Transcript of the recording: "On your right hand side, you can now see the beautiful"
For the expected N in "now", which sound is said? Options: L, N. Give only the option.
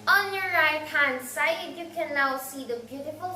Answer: L